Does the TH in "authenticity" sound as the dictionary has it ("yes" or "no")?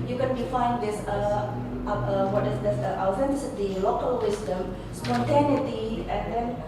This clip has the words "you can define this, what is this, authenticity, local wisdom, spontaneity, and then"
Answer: no